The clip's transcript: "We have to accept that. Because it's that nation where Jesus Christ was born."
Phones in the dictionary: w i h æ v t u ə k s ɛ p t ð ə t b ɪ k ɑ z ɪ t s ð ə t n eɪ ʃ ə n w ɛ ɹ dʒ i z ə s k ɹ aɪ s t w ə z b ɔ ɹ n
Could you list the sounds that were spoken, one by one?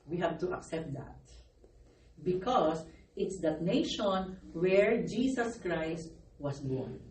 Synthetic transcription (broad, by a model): w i h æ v t u ə k s ɛ p t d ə t b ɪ k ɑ s ɪ t s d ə t n eɪ ʃ ə n w ɛ ɹ dʒ i s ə s k ɹ aɪ s t w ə s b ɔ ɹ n